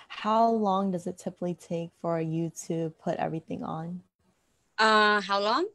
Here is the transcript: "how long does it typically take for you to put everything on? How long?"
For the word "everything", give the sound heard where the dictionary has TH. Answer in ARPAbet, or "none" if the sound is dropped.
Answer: TH